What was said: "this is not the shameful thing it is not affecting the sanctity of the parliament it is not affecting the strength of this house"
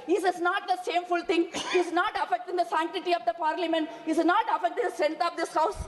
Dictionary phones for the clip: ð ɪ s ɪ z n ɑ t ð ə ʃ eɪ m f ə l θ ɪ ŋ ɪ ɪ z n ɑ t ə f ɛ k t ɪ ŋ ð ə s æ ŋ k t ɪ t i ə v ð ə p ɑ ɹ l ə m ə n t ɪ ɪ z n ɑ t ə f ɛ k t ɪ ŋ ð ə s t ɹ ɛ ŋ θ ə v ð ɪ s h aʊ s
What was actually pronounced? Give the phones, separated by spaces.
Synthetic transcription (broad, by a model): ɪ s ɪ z n ɑ t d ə s eɪ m f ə l t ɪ ŋ ɪ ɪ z n ɑ t ə f ɛ k t ɪ ŋ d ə s æ ŋ k t ɪ t i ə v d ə p ɑ ɹ l ə m ə n t ɪ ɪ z n ɑ t ə f ɛ k t ɪ ŋ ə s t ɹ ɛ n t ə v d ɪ s h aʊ s